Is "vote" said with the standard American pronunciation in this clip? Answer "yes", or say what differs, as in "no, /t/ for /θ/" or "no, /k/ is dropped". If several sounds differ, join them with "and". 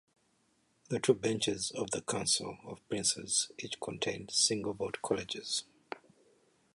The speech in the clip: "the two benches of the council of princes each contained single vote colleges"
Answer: no, /b/ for /v/